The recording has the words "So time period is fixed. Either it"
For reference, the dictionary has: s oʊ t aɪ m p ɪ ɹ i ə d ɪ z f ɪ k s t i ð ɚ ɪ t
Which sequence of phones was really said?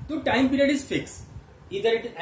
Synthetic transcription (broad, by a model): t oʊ t aɪ m p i ɹ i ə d ɪ z f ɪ k s i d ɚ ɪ t